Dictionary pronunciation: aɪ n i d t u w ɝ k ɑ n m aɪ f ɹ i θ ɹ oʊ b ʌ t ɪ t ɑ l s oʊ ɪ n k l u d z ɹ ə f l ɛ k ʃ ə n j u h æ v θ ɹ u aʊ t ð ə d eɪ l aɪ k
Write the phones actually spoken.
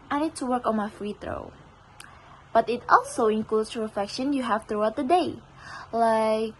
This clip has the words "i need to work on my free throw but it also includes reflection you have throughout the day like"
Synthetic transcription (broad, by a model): aɪ n i d t u w ɝ k ɑ n m aɪ f ɹ i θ ɹ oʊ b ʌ t ɪ t ɑ l s oʊ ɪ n k l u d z ɹ ə f l ɛ k ʃ ə n j u h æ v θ ɹ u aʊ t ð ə d eɪ l aɪ k